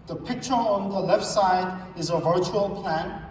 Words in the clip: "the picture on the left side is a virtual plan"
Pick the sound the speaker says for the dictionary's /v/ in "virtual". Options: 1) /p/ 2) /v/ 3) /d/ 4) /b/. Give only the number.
2